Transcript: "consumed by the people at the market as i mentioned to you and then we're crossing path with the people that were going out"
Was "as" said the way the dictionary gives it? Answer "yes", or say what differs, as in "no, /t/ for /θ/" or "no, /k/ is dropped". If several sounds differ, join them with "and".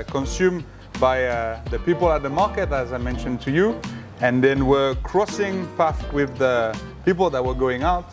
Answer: yes